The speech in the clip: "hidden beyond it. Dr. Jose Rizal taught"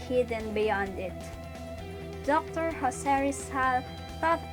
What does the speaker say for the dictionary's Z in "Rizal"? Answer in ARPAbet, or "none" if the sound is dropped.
S